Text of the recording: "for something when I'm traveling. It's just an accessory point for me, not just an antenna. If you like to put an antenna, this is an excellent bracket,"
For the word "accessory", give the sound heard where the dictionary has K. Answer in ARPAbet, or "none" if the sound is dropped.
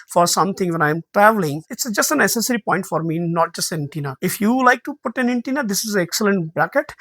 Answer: none